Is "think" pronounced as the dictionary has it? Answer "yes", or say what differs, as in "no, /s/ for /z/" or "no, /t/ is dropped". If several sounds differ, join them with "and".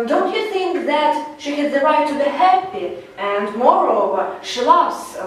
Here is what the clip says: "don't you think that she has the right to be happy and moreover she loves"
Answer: yes